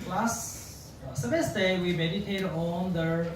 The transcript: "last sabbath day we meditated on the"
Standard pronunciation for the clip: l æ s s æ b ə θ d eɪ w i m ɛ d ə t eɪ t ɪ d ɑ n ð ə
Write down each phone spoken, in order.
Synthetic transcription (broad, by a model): l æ s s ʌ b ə s d eɪ w i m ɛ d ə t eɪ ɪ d ɑ n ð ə